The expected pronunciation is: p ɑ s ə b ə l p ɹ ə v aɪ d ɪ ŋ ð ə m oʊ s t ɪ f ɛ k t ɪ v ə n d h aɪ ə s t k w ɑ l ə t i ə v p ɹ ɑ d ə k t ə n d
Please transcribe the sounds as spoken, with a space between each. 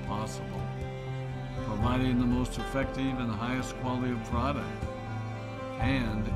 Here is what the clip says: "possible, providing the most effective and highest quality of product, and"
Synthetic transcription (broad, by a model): p ɑ s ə b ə l p ɹ ə v aɪ d ɪ ŋ ð ə m oʊ s t ɪ f ɛ k t ɪ v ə n h aɪ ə s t k w ɑ l ə t i ə v p ɹ ɑ d ə k t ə n